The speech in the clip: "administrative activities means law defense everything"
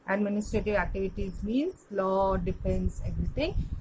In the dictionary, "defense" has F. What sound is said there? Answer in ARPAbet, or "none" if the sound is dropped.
P